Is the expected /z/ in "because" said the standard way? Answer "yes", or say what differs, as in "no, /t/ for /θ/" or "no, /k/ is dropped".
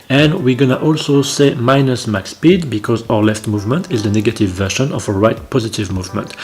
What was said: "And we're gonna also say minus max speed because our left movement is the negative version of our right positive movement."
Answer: yes